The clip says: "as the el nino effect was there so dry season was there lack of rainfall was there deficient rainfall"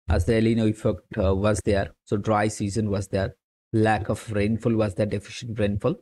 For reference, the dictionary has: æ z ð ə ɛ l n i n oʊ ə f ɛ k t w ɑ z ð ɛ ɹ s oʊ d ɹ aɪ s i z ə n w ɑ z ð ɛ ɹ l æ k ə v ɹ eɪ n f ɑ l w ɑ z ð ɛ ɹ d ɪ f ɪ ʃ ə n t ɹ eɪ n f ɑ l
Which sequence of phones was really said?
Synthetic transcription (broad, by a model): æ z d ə ɛ l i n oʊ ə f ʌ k t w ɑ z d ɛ ɹ s oʊ d ɹ aɪ s i z ə n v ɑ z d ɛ ɹ l æ k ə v ɹ eɪ n f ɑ l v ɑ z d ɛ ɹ d ɪ f ɪ ʃ ə n t ɹ eɪ n f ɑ l